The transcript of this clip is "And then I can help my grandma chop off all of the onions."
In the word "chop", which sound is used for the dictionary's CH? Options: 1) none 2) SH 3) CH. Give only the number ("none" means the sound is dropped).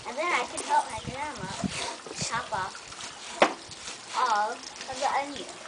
2